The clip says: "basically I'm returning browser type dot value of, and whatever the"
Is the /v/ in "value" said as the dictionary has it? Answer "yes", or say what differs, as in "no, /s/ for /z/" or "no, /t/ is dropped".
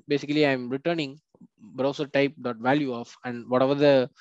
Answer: yes